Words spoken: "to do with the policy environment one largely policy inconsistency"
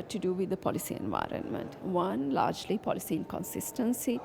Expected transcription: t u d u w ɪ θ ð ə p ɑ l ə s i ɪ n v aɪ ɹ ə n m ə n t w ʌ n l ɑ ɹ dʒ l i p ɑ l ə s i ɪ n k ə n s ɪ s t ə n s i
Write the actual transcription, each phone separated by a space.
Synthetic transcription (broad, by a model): t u d u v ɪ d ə p ɑ l ə s i ɪ n v aɪ ɹ ə n m ə n t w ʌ n l ɑ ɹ dʒ l i p ɑ l ə s i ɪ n k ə n s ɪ s t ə n s i